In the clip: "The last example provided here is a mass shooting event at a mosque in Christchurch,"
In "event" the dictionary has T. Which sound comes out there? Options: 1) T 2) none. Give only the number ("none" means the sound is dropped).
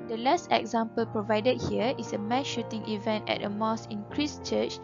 1